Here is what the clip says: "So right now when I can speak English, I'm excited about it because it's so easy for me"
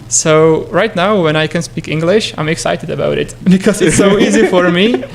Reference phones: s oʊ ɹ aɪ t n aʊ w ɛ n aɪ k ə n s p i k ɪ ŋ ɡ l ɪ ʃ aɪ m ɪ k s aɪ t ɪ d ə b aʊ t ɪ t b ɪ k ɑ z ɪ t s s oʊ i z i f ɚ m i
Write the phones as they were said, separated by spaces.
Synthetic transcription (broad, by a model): s oʊ ɹ aɪ t n aʊ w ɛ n aɪ k ə n s p i k ɪ ŋ ɡ l ɪ ʃ aɪ m ɪ k s aɪ t ɪ d ə b aʊ t ɪ t b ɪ k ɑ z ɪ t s s oʊ i z i f ɚ m i